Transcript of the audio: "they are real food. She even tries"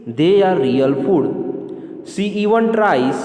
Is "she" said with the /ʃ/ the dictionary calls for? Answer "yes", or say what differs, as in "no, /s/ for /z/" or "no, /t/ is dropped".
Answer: no, /s/ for /ʃ/